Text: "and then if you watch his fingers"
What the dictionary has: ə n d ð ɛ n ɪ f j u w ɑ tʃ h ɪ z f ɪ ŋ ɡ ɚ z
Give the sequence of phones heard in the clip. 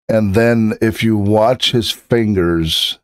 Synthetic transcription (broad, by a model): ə n ð ɛ n ɪ f j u w ɑ tʃ h ɪ z f ɪ ŋ ɡ ɚ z